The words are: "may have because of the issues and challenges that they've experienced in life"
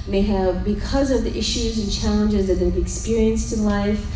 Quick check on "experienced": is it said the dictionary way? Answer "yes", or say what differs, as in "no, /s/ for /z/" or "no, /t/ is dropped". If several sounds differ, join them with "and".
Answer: yes